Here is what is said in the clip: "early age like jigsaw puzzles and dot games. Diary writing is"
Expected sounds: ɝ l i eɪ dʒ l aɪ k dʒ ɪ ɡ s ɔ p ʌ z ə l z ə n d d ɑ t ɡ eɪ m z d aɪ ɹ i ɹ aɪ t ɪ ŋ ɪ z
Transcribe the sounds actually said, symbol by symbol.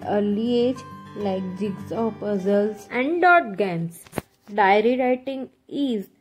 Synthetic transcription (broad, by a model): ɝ l i eɪ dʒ l aɪ k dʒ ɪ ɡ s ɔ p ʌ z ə l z ə n d d ɑ t ɡ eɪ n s d aɪ ɹ i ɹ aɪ t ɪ ŋ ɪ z